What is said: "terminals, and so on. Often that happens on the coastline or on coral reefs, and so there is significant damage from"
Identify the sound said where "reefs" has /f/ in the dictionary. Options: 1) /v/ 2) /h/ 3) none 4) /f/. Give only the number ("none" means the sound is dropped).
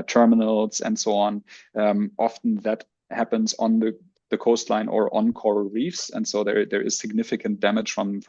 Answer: 4